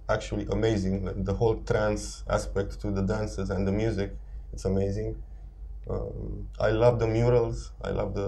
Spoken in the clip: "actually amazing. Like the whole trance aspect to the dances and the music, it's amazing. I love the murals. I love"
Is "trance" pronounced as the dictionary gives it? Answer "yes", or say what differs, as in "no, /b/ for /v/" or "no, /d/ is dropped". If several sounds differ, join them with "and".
yes